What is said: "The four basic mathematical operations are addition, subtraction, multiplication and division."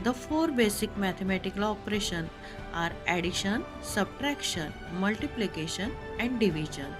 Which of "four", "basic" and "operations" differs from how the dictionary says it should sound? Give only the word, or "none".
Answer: operations